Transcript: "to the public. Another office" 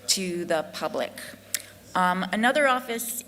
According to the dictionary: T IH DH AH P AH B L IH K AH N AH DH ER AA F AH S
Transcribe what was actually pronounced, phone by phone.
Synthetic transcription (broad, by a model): T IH DH AH P AH B L IH K AH N AH DH ER AA F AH S